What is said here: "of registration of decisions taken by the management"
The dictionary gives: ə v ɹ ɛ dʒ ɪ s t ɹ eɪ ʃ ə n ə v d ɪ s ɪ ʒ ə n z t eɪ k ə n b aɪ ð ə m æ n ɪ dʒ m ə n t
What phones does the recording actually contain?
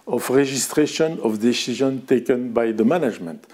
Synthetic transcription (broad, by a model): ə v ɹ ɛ ʒ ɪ s t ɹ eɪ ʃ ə n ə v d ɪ s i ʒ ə n t eɪ k ə n b aɪ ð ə m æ n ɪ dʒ m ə n t